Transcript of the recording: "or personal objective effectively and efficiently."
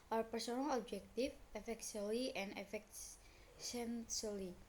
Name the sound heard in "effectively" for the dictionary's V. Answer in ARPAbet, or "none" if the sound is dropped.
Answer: none